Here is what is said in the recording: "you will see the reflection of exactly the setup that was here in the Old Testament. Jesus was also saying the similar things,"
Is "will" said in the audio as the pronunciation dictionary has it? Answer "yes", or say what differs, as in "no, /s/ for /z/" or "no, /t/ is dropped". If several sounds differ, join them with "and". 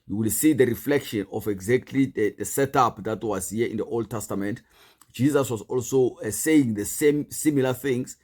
yes